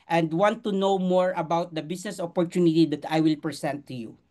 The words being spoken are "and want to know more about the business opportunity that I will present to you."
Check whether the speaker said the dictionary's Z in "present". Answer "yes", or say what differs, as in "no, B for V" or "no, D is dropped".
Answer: no, S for Z